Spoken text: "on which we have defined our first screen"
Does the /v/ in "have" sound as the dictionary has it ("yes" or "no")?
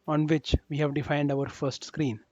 yes